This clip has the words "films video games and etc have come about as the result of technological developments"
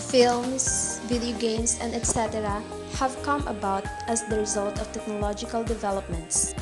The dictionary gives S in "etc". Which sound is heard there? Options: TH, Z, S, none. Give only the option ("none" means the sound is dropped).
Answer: S